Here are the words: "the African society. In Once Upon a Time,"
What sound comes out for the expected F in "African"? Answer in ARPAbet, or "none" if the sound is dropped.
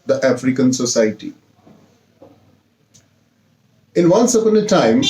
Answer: F